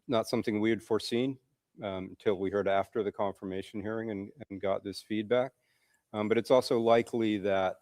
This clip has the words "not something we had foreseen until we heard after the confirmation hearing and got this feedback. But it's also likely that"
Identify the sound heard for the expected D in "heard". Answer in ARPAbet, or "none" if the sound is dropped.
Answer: D